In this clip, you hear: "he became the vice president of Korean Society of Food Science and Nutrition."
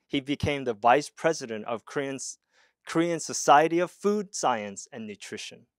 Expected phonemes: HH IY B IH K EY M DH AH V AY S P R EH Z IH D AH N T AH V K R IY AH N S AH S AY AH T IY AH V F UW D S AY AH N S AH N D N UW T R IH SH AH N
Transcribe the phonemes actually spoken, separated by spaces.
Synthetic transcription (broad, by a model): HH IY B IH K EY M DH AH V AY S P R EH Z IH D AH N T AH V K R IY AH N S AH S AY AH T IY AH V F UW D S AY AH N S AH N N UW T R IH SH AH N